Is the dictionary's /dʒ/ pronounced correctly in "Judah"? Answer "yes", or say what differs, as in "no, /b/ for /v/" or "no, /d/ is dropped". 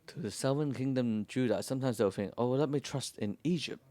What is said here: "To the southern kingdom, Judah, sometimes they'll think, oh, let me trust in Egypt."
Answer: yes